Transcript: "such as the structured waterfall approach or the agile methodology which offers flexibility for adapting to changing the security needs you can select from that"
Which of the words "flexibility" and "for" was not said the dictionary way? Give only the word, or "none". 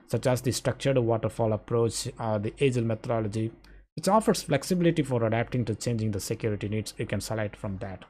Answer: none